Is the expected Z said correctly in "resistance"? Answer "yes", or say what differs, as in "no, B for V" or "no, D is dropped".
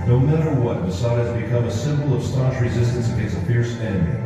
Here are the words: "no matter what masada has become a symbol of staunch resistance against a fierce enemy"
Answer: yes